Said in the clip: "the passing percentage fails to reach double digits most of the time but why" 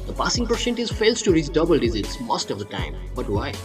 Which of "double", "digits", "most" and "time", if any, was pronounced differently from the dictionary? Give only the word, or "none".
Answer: digits